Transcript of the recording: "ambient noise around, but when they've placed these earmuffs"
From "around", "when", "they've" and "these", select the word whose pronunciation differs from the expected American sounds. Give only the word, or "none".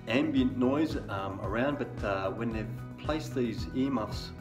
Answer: none